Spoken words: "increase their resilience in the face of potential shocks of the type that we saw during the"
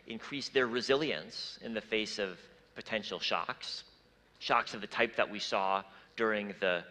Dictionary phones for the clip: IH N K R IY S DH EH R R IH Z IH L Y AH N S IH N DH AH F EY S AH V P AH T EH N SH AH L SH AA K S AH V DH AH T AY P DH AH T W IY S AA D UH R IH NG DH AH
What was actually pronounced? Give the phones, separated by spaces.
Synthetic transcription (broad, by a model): IH N K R IY S DH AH R R IH Z IH L Y AH N S IH N DH AH F EY S AH V P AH T EH N SH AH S SH AA K S AH V DH AH T AY P DH AH T W IY S AA D UH R IH NG DH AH